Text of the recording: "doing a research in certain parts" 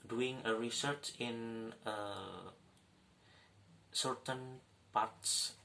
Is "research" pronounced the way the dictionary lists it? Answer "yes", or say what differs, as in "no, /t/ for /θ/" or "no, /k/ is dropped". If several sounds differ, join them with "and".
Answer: yes